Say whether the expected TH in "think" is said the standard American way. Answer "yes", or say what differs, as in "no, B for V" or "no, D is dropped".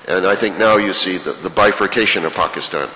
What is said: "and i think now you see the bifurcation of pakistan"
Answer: yes